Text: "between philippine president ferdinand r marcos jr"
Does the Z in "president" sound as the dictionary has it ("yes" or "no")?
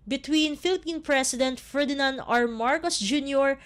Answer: no